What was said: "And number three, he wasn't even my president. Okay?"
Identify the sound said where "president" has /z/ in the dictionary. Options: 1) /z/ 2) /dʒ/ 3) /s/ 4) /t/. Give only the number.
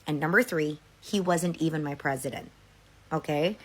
1